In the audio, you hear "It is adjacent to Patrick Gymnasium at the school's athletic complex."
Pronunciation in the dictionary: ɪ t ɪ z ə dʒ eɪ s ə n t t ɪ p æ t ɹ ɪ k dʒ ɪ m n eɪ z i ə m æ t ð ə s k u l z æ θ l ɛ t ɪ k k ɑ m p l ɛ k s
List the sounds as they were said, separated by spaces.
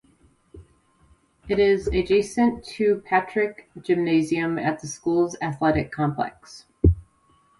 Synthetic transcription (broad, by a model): ɪ t ɪ z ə dʒ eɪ s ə n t t ɪ p æ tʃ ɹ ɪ k dʒ ɪ m n eɪ z i ə m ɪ t ð ə s k u l z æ θ l ɛ t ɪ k k ɑ m p l ɛ k s